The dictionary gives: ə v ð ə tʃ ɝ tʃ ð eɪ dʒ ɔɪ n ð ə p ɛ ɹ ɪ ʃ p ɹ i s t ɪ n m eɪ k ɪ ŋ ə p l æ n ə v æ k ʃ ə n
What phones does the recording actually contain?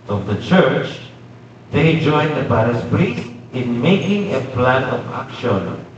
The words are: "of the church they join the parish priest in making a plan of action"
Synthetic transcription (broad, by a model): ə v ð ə tʃ ɝ tʃ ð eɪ dʒ ɔɪ n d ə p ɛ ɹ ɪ s p ɹ i s t ɪ n m eɪ k ɪ ŋ ə p l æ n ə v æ k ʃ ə n